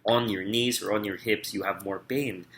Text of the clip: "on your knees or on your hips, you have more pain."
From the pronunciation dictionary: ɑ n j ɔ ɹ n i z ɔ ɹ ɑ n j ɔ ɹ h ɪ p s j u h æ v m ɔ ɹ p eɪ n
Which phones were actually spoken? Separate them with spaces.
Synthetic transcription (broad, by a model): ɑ n j ɔ ɹ n i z ɔ ɹ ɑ n j ɔ ɹ h ɪ p s j u h æ v m ɔ ɹ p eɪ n